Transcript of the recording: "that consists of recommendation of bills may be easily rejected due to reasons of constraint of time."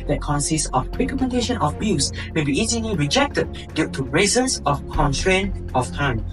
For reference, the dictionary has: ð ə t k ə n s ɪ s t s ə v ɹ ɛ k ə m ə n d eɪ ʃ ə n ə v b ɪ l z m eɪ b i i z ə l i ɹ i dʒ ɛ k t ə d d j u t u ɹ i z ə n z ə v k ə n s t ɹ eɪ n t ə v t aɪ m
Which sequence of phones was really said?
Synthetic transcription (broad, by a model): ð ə t k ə n s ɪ s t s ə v ɹ ɛ k ə m ə n d eɪ ʃ ə n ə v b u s m eɪ b i i z ə l i ɹ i dʒ ɛ k t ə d d j u t u ɹ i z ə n s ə f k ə n t ɹ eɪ n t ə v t aɪ m